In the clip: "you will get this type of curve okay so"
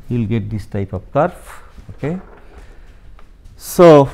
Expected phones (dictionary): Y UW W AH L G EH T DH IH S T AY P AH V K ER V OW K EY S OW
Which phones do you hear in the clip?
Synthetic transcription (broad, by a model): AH L G EH T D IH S T AY P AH P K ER F OW K EY S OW